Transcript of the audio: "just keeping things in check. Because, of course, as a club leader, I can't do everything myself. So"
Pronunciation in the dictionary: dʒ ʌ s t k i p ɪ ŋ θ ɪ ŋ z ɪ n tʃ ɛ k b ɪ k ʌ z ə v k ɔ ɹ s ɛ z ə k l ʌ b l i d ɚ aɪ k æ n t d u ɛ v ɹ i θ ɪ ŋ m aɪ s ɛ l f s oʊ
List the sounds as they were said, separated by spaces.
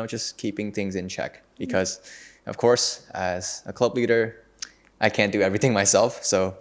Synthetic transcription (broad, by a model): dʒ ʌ s k i p ɪ ŋ θ ɪ ŋ z ɪ n tʃ ɛ k b ɪ k ʌ z ə v k ɔ ɹ s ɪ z ə k l ʌ b l i d ɚ aɪ k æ n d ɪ ɛ v ɹ i θ ɪ ŋ m aɪ s ɛ l f s oʊ